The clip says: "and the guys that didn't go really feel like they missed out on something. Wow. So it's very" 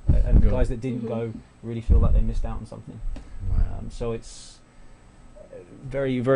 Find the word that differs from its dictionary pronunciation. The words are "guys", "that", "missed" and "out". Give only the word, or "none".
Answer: none